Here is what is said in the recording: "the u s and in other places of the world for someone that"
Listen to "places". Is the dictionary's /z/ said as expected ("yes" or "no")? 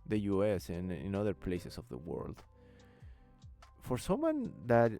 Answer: no